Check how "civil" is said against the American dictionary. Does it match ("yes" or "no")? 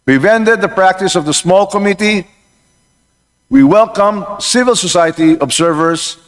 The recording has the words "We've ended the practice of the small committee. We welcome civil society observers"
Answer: yes